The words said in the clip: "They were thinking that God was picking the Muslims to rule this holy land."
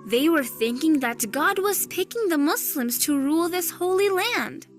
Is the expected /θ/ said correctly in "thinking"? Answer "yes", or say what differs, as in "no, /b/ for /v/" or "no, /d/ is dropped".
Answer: yes